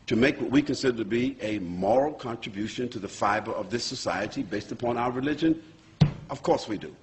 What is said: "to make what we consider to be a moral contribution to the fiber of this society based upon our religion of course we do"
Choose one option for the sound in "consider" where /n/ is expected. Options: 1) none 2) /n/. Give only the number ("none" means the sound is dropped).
2